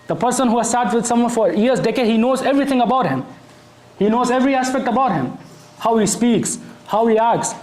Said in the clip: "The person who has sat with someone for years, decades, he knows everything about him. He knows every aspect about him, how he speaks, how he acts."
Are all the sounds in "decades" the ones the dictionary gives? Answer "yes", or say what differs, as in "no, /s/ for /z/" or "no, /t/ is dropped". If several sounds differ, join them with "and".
no, /z/ is dropped